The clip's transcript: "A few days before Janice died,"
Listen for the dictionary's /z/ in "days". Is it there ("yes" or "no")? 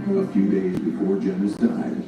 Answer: yes